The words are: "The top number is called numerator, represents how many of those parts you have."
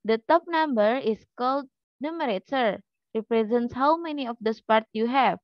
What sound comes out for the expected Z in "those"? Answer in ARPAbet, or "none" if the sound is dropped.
S